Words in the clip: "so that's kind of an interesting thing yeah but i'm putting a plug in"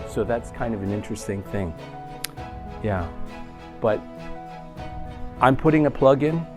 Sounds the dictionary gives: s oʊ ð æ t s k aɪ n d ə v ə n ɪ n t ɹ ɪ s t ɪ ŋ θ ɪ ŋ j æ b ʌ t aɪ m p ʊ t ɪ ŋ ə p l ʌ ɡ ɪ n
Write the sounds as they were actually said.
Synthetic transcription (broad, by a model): s oʊ ð æ t s k aɪ n d ə v ə n ɪ n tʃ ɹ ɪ s t ɪ ŋ θ ɪ ŋ j æ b ʌ t aɪ m p ʊ t ɪ ŋ ə p l ʌ ɡ ɪ n